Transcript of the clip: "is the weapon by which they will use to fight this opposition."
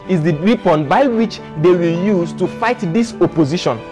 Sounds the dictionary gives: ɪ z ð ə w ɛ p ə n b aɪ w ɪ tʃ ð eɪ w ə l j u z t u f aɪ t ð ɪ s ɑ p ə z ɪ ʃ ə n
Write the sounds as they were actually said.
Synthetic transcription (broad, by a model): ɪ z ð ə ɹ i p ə n b aɪ w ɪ tʃ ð eɪ w ə l j u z t u f aɪ t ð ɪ s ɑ p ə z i ʃ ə n